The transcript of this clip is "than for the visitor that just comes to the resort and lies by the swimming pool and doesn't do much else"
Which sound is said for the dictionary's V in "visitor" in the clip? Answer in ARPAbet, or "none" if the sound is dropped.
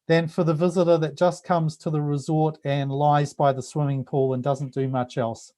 V